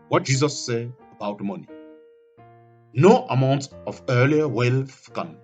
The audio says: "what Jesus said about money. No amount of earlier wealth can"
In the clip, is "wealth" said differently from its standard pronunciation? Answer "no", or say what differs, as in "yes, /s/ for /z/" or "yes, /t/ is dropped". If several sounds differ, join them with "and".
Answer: yes, /f/ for /θ/